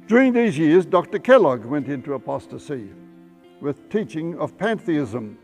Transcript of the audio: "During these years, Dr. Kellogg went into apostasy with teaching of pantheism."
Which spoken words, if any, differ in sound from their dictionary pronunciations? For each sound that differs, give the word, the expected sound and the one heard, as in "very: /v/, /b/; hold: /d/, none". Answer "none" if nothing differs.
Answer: none